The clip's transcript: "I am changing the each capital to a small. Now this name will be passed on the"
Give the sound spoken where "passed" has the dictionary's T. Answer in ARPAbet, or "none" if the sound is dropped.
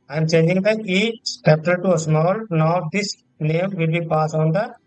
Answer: none